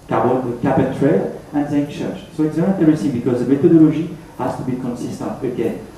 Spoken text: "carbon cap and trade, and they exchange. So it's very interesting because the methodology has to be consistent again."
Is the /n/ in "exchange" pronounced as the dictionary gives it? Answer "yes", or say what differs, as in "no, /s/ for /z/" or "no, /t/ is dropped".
no, /n/ is dropped